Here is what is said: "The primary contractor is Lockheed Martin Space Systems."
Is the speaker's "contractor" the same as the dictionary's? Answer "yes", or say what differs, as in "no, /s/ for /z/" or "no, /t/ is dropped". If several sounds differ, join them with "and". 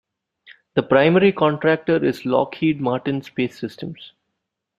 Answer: yes